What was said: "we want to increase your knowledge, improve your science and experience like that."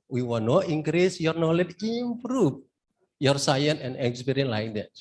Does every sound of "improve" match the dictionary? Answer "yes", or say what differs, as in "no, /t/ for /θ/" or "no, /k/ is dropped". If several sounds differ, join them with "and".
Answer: no, /f/ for /v/